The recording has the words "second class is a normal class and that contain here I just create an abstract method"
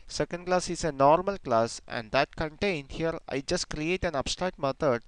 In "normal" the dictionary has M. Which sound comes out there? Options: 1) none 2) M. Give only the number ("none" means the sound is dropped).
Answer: 2